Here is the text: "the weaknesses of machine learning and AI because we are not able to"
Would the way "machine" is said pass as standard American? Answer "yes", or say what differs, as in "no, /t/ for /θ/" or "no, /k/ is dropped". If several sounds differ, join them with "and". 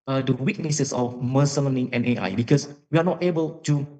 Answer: no, /s/ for /ʃ/